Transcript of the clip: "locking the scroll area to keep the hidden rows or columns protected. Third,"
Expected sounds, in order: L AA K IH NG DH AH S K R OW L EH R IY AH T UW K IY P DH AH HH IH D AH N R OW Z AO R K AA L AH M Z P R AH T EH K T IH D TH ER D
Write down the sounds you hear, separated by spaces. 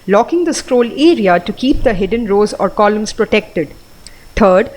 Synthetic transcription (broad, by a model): L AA K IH NG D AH S K R OW L EH R IY AH T UW K IY P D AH HH IH D AH N R OW Z AO R K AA L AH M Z P R AH T EH K T IH D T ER D